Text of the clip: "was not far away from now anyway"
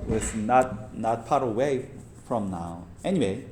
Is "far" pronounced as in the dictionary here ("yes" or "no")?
no